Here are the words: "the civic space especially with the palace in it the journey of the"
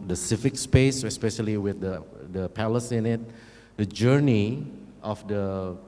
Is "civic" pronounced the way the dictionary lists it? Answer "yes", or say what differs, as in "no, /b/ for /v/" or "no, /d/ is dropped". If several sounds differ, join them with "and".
no, /f/ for /v/